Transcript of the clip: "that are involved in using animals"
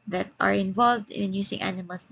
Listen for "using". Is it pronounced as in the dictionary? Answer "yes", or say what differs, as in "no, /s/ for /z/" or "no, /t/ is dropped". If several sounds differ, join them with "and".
no, /s/ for /z/